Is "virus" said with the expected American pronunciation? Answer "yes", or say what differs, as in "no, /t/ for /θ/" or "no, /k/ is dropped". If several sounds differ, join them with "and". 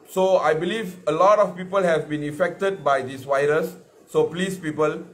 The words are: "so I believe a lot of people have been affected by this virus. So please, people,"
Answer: no, /w/ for /v/